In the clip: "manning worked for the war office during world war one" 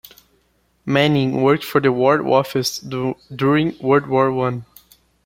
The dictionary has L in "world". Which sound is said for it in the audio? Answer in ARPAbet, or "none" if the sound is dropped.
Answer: none